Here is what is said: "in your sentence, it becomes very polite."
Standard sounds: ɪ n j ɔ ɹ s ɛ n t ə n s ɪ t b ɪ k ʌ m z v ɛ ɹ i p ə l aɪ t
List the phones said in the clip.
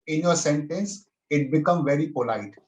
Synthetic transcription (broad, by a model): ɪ n j ɔ ɹ s ɛ n t ə n s ɪ t b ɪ k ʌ m v ɛ ɹ i p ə l aɪ t